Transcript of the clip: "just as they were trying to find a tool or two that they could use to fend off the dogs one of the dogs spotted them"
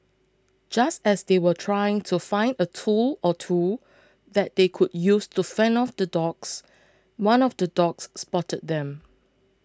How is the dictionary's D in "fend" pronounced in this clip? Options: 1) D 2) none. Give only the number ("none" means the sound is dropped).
2